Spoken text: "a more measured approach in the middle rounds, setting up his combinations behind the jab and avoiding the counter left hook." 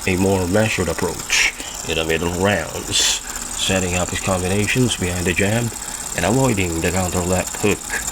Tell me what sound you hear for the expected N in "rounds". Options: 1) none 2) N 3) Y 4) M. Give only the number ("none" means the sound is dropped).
2